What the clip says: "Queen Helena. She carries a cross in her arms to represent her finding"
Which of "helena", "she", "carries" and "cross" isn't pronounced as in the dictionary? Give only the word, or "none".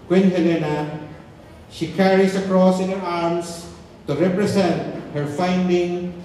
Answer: carries